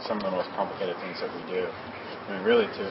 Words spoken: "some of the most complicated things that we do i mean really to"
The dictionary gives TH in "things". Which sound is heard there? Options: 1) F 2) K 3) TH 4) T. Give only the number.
3